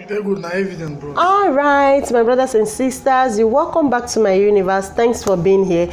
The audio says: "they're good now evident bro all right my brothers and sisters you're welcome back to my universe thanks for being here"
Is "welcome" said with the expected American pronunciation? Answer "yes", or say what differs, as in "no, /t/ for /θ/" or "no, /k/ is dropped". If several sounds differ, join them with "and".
yes